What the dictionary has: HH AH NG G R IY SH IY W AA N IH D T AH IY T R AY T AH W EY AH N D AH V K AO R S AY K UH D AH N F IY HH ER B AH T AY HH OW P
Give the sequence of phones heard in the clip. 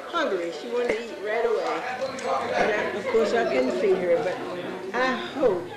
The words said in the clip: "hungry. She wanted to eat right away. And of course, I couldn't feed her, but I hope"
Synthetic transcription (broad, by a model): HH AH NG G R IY SH IY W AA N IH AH IY T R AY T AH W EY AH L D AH B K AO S AY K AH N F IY HH ER B AH T AY HH OW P